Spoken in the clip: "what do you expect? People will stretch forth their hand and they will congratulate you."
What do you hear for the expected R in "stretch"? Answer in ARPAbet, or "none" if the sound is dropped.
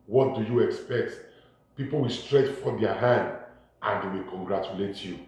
R